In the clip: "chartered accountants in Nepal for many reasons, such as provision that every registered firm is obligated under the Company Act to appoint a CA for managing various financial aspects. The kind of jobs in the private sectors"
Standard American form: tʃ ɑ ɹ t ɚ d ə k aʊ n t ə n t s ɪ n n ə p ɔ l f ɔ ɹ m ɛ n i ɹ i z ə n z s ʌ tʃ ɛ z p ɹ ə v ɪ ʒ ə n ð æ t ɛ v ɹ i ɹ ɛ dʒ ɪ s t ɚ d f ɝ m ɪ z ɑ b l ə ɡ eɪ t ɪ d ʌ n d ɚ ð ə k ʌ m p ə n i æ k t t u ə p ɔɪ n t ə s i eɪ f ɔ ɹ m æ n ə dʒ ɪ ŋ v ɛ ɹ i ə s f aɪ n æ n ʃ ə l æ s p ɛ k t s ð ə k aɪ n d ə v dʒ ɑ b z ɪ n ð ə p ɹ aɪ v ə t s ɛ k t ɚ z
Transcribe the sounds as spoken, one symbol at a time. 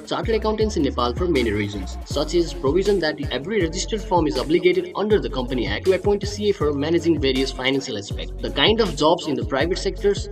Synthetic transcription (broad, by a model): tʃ ɑ ɹ t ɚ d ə k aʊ n t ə n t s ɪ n n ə p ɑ l f ɔ ɹ m ɛ n i ɹ i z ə n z s ʌ tʃ ɛ z p ɹ ə v ɪ ʒ ə n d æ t ɛ v ɹ i ɹ ɛ dʒ ɪ s t ɚ d f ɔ m ɪ z ɑ b l ə ɡ eɪ t ɪ d ʌ n d ɚ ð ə k ʌ m p ə n i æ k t t u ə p ɔɪ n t ə s i eɪ f ɔ ɹ m æ n ə dʒ ɪ ŋ v ɛ ɹ i ə s f aɪ n æ n ʃ ə l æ s p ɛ k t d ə k aɪ n d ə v dʒ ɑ b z ɪ n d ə p ɹ aɪ v ə t s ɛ k t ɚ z